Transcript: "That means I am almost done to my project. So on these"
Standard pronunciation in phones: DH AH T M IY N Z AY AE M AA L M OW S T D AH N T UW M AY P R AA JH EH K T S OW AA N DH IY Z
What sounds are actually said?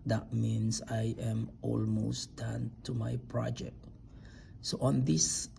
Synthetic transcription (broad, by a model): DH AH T M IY N S AY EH M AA L M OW S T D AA N T UW M AY P R AA JH EH K T S OW AA N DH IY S